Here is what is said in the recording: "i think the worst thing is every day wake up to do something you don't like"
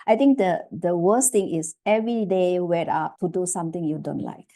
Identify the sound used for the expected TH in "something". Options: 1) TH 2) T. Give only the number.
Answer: 2